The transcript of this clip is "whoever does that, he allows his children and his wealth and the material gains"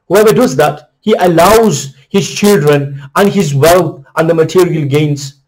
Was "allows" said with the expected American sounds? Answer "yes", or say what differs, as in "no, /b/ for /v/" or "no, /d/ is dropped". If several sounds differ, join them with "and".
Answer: yes